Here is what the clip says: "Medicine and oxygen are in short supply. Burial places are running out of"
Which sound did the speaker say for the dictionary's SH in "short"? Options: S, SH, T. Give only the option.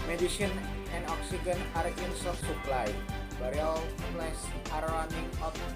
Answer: S